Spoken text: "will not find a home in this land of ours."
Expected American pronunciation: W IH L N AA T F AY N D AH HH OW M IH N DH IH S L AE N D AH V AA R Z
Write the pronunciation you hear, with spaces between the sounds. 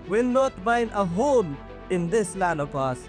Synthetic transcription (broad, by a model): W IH L N AA T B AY N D AH HH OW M IH N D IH S L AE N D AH P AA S